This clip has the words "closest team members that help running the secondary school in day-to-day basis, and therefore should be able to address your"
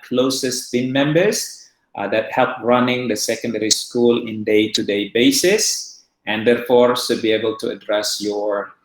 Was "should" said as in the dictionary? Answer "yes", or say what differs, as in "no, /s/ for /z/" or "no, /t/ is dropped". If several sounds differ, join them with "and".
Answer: no, /s/ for /ʃ/